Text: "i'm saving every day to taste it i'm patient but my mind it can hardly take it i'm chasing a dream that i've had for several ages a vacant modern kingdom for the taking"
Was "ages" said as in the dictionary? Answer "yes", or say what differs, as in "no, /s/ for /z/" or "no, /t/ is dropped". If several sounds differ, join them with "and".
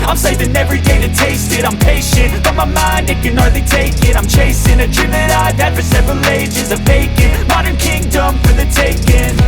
yes